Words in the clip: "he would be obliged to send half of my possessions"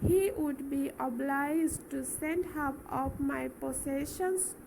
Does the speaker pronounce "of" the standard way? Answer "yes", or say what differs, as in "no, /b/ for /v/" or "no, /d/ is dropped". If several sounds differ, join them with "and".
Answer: no, /p/ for /v/